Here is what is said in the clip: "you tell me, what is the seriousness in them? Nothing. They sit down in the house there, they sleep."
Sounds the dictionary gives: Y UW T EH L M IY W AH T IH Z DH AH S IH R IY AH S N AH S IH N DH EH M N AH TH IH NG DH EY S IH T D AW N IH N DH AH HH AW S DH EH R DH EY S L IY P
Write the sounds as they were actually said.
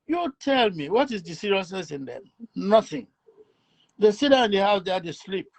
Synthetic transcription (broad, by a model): Y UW T EH L M IY W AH T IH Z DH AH S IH R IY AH S N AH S IH N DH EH M N AH TH IH NG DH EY S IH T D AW IH N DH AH HH AW S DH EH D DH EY S L IY P